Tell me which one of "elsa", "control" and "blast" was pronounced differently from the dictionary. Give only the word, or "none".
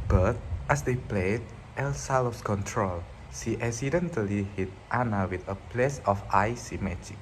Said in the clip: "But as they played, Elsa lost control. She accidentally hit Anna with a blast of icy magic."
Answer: blast